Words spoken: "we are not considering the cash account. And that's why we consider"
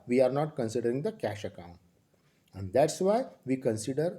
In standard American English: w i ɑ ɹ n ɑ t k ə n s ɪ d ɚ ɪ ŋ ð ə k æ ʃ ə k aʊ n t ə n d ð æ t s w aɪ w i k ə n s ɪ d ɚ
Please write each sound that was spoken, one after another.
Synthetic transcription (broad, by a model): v i ɑ ɹ n ɑ t k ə n s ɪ d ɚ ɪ ŋ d ə k æ ʃ ə k aʊ n t ə n d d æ t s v aɪ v i k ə n s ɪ d ɚ